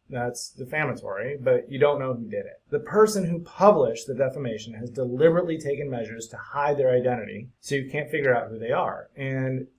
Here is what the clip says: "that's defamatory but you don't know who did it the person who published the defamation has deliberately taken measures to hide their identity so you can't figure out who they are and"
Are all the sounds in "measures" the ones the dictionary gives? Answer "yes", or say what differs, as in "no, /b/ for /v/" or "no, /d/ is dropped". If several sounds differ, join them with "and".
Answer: yes